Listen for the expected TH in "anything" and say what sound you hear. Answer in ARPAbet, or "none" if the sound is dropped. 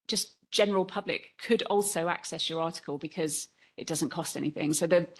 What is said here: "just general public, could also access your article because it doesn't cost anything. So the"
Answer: TH